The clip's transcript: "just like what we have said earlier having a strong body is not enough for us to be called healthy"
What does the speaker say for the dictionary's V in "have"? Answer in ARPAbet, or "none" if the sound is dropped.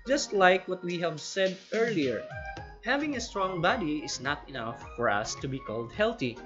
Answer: V